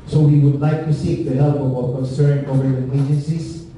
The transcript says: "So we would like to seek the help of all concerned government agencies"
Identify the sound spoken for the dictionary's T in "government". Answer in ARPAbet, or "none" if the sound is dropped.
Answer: none